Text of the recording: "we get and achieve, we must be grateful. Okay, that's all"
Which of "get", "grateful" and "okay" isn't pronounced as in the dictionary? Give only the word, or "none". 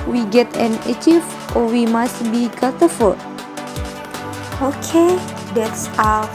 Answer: grateful